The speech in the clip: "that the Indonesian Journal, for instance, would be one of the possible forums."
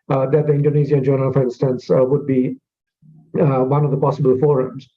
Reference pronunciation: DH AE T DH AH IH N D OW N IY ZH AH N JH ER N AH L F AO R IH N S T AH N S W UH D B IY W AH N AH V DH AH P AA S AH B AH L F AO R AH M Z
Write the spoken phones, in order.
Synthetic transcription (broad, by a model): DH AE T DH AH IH N D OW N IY Z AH N JH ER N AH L F AO R IH N S T AH N S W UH D B IY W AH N AH V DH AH P AA S AH B AH L F AO R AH M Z